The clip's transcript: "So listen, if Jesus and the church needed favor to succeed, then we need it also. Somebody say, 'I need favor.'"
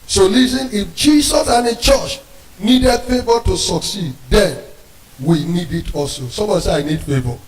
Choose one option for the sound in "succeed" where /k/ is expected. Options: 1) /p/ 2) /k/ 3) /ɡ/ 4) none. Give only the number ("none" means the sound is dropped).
2